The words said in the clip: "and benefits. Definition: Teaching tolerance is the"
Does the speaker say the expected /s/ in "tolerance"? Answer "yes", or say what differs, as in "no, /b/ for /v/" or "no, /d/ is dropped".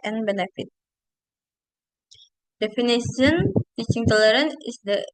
no, /s/ is dropped